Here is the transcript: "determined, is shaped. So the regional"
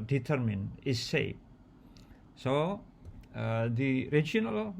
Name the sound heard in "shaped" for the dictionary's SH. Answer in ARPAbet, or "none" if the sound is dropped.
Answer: S